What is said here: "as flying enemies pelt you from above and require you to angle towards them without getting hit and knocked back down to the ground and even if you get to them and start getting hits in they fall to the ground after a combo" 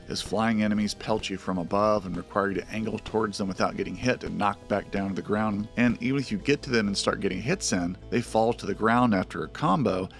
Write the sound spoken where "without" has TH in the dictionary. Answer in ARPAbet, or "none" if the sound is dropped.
TH